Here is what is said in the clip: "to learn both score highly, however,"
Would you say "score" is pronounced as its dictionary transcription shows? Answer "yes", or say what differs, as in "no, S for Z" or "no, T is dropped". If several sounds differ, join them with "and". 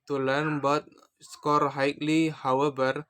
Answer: yes